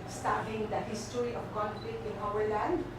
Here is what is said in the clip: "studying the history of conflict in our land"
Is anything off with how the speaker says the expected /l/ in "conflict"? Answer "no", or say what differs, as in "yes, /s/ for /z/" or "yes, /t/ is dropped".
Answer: yes, /l/ is dropped